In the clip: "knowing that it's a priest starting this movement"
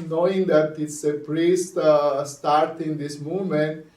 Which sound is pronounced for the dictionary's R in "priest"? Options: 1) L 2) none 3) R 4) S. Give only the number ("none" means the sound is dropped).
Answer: 3